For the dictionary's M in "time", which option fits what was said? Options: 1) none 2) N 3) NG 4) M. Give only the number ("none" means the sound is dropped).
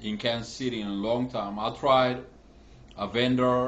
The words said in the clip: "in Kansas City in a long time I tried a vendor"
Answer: 4